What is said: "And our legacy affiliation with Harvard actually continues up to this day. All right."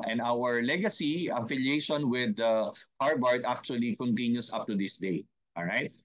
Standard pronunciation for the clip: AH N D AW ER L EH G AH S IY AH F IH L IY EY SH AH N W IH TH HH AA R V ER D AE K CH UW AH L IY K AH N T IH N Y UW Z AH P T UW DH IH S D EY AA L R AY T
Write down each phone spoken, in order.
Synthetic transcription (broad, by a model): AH N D AW ER L EH G AH S IY AH F IH L IY EY SH AH N W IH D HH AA R B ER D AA K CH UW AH L IY K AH N T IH N Y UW S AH P T UW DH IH S D EY AA L R AY T